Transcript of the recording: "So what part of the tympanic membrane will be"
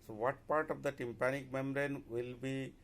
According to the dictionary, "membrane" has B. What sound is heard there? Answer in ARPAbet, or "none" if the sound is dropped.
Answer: none